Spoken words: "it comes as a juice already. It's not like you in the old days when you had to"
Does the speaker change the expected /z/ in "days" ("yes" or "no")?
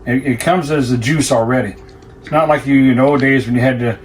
no